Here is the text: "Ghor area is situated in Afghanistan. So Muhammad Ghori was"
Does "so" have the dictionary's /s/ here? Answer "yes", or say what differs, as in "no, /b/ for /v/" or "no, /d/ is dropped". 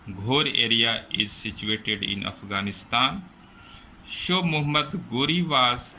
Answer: no, /ʃ/ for /s/